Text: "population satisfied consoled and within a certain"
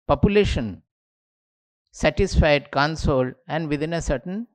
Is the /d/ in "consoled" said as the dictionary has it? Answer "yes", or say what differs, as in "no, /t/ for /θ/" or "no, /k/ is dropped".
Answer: no, /d/ is dropped